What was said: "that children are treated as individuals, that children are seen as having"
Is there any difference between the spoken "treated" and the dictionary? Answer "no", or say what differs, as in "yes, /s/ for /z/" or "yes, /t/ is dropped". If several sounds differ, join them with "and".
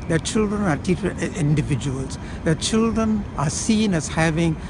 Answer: yes, /ɹ/ is dropped